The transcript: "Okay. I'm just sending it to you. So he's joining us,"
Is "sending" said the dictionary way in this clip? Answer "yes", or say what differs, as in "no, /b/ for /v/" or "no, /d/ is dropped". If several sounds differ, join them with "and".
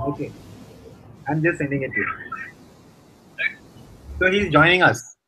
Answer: yes